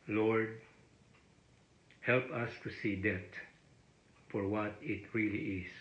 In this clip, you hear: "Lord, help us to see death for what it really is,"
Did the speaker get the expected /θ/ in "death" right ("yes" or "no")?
no